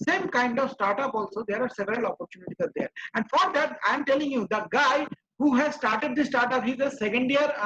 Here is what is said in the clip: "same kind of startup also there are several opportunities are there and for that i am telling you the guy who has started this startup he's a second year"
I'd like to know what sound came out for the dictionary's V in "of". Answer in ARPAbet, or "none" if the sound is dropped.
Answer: V